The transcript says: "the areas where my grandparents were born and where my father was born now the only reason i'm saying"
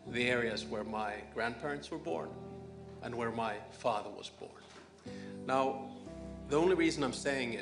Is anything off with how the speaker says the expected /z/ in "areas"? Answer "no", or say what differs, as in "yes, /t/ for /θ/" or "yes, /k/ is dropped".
no